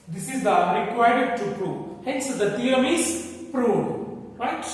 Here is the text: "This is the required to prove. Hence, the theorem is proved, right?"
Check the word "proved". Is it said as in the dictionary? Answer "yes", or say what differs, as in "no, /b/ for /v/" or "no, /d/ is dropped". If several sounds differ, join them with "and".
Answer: no, /v/ is dropped